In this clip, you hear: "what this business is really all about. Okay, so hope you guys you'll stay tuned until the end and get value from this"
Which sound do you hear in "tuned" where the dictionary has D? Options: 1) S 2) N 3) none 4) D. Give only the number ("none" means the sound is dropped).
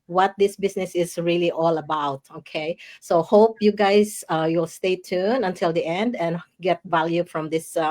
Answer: 3